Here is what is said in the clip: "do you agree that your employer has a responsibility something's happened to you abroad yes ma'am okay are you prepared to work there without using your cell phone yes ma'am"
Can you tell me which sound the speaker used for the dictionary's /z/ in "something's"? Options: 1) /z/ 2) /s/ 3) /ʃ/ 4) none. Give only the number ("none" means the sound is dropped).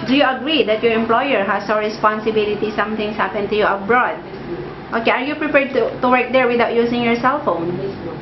2